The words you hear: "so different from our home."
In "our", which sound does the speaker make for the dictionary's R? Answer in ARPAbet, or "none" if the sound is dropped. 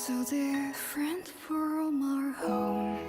R